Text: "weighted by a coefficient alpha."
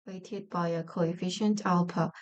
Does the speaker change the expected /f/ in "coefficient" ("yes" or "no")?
no